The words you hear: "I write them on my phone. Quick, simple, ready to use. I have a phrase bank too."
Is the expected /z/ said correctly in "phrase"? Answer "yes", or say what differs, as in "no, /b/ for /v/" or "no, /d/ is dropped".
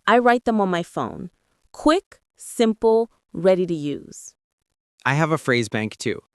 yes